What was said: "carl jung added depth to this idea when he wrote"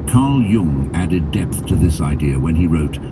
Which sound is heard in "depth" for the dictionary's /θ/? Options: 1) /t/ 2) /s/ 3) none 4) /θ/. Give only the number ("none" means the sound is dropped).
4